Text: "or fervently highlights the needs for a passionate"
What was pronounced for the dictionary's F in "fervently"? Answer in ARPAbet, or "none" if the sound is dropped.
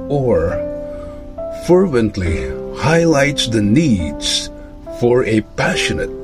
F